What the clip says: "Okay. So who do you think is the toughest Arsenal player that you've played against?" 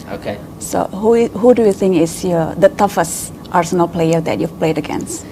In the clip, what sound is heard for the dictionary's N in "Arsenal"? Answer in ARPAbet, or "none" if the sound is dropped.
N